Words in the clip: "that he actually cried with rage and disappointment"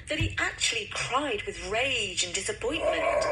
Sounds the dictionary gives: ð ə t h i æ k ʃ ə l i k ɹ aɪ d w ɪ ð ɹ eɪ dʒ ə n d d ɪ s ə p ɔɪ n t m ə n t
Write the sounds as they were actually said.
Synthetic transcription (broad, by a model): ð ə t h i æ k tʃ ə l i k ɹ aɪ d w ɪ ð ɹ eɪ dʒ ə n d d ɪ s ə p ɔɪ n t m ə n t